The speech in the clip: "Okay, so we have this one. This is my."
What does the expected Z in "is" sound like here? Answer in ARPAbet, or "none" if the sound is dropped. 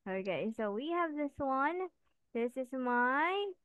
Z